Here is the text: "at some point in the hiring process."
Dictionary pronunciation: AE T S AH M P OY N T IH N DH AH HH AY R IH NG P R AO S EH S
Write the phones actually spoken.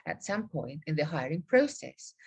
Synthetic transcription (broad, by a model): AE T S AH M P OY N T IH N DH AH HH AY R IH NG P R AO S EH S